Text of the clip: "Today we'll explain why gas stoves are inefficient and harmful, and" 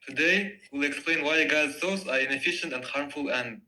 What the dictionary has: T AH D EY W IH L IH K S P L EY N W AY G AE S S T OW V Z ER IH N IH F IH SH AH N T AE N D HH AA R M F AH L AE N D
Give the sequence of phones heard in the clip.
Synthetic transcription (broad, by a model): T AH D EY W IH L IH K S P L EY N W AY G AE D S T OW Z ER IH N IH F IH SH AH N T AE N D HH AA R M F AH L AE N